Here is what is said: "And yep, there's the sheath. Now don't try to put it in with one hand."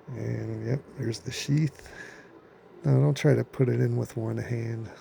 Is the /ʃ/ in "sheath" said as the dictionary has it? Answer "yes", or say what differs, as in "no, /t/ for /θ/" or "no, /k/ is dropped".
yes